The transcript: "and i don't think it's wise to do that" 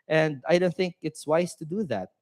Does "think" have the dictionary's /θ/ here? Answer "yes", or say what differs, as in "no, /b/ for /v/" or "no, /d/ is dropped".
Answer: yes